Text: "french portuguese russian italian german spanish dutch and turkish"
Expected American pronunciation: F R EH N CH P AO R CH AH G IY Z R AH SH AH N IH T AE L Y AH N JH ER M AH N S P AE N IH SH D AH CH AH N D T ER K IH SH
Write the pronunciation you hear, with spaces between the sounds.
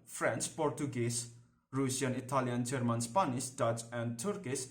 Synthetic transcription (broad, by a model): F R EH N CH P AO R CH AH G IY S R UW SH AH N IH T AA L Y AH N JH ER M AH N S P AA N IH S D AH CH AH N D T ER K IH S